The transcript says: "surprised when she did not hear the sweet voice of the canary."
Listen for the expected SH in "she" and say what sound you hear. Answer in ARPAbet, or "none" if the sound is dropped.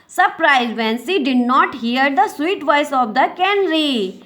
S